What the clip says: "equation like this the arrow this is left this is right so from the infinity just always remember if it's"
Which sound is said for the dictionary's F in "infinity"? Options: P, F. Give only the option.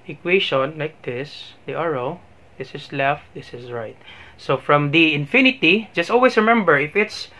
F